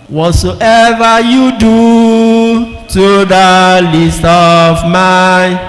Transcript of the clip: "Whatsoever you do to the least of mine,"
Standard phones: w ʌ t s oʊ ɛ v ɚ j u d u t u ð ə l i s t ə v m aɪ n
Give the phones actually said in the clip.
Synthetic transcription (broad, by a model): w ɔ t s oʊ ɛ v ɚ j u d u t u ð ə l i s t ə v m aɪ